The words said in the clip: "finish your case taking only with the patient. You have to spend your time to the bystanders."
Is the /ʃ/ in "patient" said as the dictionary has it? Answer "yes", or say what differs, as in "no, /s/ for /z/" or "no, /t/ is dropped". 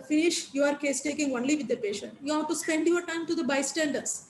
yes